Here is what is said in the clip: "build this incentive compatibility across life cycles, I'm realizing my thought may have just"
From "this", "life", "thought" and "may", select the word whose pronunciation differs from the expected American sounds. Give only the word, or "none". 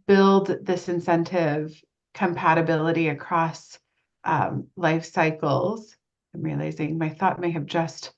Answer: none